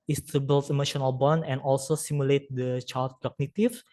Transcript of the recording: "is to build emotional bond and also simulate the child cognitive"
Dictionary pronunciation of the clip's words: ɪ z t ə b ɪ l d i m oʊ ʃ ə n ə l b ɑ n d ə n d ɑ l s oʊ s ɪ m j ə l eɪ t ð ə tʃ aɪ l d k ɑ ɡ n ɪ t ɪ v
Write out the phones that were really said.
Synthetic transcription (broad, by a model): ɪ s t ə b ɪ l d i m oʊ ʃ ə n ə l b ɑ n ə n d ɑ l s oʊ s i m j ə l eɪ t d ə tʃ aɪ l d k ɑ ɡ n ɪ t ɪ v